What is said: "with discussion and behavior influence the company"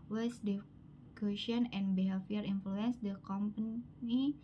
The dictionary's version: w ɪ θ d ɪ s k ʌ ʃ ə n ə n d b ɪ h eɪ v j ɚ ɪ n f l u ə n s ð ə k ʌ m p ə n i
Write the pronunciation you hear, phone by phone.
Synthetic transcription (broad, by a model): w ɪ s d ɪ k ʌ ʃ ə n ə n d b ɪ h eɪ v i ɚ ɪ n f l u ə n s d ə k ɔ m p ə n i